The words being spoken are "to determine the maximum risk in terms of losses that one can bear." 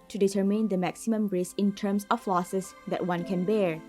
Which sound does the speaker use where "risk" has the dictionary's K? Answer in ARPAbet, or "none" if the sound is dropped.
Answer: none